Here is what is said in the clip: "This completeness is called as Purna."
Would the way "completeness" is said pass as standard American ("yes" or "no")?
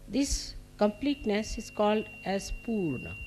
yes